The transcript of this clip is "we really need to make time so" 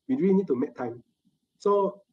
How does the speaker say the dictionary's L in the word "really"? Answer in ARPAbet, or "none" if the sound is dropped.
N